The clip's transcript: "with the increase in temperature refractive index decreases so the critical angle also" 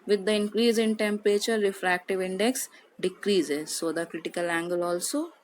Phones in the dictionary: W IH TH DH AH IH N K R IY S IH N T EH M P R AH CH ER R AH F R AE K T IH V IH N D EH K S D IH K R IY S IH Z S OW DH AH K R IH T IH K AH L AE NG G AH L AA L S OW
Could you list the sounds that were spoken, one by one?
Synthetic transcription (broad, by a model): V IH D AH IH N K R IY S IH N T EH M P R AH CH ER R AH F R AE K T IH V IH N D EH K S D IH K R IY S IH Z S OW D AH K R IH T IH K AH L AE NG G AH L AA L S OW